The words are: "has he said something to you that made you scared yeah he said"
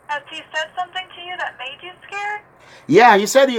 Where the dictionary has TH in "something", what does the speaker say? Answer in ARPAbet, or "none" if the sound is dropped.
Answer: TH